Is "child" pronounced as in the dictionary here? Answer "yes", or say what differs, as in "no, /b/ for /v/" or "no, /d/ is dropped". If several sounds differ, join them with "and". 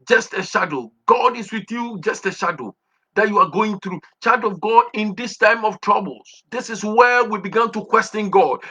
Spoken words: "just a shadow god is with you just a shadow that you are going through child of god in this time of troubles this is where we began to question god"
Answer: no, /l/ is dropped